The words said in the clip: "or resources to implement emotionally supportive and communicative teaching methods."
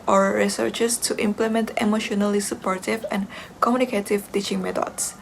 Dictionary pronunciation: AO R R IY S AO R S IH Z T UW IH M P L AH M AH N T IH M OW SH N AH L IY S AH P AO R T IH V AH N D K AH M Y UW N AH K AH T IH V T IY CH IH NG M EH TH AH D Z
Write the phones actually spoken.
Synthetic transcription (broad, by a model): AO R R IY S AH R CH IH S T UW IH M P L AH M AH N T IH M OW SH N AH L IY S AH P AO R T IH V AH N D K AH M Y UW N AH K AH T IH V T IY CH IH NG M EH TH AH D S